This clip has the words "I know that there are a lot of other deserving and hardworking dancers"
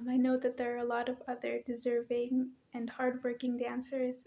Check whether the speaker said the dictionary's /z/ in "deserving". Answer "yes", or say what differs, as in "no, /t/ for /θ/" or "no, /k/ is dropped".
yes